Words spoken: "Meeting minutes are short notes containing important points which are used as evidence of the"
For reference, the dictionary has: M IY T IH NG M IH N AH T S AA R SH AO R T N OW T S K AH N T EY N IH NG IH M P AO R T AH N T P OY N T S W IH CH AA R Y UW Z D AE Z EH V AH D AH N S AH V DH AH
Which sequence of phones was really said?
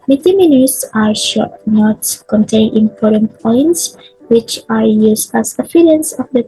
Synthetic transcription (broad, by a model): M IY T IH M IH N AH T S AA R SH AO N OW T K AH N T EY IH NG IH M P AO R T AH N P OY N T S W IH CH AA R Y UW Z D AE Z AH F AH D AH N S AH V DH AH